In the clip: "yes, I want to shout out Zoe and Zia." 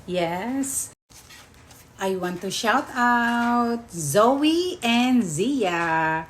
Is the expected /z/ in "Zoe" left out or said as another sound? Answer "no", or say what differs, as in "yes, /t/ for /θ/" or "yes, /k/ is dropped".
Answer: no